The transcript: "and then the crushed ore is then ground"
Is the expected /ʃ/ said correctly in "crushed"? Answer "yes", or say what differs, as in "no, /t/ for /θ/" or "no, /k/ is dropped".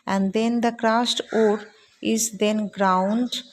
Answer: no, /s/ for /ʃ/